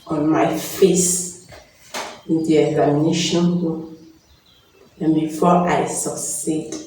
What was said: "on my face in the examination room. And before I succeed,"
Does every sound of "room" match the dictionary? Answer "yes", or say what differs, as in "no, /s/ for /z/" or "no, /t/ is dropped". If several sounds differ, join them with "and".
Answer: no, /m/ is dropped